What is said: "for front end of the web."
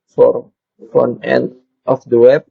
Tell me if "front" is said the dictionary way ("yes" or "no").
no